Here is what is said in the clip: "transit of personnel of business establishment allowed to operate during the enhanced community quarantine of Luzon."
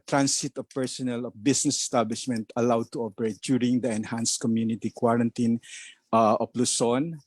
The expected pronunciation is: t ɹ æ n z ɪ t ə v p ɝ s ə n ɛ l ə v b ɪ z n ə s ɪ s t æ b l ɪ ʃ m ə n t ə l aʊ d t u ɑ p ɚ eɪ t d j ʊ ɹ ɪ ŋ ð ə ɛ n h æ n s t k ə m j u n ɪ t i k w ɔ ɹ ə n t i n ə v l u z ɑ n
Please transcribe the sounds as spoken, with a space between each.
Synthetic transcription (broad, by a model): t ɹ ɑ n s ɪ t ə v p ɝ s ə n ɛ l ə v b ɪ s n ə s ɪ s t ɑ b l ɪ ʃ m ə n t ə l aʊ d t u ɑ p ɚ eɪ t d j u ɹ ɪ ŋ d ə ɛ n h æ n s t k ə m j u n ɪ t i k w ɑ ɹ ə n t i n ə p l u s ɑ n